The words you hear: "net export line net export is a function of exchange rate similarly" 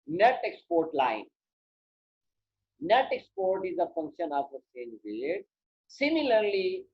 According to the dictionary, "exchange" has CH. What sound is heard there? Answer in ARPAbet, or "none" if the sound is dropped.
none